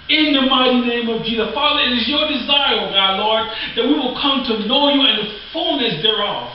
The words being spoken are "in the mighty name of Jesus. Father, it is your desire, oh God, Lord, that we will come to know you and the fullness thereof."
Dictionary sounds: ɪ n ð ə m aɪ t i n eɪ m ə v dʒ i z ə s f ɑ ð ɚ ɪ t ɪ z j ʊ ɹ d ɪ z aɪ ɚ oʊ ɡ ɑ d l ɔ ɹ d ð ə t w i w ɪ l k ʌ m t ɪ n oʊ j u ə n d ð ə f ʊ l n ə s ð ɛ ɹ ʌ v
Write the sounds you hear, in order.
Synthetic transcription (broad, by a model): ɪ n ð ə m aɪ t i n eɪ m ə v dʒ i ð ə f ɑ ð ɚ ɪ t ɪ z j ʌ ɹ d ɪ z aɪ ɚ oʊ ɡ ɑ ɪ l ɔ ɹ d ð ə t w i w ɪ l k ʌ m t ɪ n oʊ j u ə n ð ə f ʊ l n ə s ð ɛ ɹ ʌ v